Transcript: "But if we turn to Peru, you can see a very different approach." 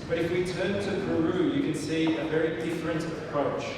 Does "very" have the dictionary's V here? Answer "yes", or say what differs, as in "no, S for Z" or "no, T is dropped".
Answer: yes